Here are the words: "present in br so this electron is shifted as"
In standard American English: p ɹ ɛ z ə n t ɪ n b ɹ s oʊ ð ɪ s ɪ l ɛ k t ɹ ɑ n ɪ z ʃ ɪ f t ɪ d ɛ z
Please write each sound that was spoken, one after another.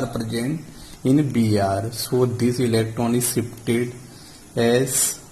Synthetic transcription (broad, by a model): p ɹ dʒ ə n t ɪ n b ɹ s oʊ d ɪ s ɪ l ɛ k t ɹ ɑ n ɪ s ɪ p t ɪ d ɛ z